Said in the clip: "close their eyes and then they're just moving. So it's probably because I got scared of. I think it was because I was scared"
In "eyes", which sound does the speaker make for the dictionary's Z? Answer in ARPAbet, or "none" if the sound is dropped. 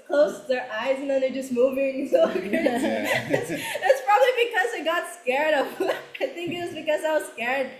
Z